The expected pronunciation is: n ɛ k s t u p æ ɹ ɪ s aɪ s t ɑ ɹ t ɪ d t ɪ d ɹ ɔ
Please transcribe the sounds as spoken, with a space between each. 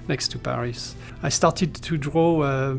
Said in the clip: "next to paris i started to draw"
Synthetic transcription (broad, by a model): n ɛ k s t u p æ ɹ ɪ s aɪ s t ɑ ɹ t ɪ d t ɪ d ɹ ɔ